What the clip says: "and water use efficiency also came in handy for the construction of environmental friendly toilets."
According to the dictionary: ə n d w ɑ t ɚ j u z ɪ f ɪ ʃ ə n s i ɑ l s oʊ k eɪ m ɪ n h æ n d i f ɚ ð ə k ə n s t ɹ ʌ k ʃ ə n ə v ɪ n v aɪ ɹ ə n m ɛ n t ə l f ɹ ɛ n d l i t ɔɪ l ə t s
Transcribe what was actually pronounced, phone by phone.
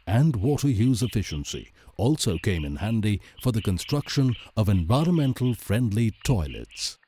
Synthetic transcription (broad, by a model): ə n d w ɑ t ɚ j u z ɪ f ɪ ʃ ə n s i ɑ l s oʊ k eɪ m ɪ n h æ n d i f ɚ ð ə k ə n s t ɹ ʌ k ʃ ə n ə v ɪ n v aɪ ɹ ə n m ɛ n t l f ɹ ɛ n d l i t ɔɪ l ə t s